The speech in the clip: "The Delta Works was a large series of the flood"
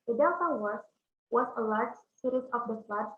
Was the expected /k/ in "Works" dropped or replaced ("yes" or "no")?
yes